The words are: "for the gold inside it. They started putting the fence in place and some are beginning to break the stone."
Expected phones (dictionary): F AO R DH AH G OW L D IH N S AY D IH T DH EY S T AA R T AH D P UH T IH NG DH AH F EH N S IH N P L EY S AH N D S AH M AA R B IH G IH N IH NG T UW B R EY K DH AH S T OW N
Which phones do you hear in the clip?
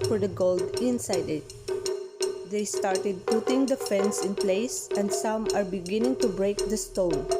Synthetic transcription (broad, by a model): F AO R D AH G OW L D IH N S AY D IH T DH EY S T AA R T AH D P UH T IH NG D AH F EH N S IH N P L EY S AH N D S AH M AA R B IH G IH N IH NG T UW B R EY K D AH S T OW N